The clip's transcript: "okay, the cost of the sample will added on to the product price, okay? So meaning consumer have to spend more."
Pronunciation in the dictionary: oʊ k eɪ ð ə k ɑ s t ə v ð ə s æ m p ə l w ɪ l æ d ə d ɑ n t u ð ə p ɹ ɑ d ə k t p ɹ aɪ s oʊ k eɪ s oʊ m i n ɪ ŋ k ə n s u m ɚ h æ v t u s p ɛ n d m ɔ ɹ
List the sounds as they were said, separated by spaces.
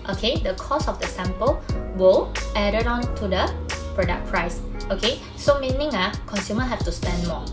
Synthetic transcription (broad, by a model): oʊ k eɪ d ə k ɑ s ə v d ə s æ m p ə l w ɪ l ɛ d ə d ɑ n t u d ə p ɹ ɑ d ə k p ɹ aɪ s oʊ k eɪ s oʊ m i n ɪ ŋ k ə n s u m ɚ h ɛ f t u s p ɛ n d m ɔ